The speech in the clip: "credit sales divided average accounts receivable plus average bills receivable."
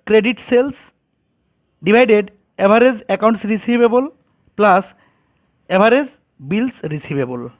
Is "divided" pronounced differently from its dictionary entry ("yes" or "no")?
yes